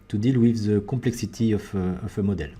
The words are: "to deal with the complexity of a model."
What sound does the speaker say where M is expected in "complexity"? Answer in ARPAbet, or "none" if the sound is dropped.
none